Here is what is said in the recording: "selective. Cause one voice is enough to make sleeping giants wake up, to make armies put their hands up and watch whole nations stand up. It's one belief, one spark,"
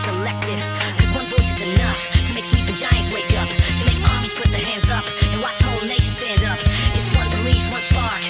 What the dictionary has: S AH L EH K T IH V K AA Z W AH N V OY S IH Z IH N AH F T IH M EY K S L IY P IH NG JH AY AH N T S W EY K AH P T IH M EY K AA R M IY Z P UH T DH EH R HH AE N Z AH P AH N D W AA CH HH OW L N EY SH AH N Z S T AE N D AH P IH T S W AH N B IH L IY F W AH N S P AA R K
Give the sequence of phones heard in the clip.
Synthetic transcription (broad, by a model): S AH L EH K T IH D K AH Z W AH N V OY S IH Z IH N AH F T IH M EY K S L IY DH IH JH AY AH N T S W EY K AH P T IH M EY K AA R M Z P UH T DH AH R HH AE N Z AH P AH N W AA S HH OW L N EY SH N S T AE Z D AH P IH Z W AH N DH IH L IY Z W AH N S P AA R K